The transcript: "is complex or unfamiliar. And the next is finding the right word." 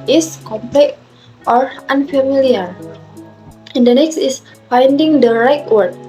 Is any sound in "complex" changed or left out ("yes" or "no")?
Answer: yes